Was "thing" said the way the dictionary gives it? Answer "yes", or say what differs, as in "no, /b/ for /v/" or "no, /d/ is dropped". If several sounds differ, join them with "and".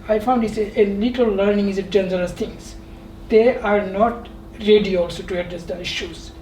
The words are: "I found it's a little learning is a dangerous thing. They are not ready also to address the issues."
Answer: no, /t/ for /θ/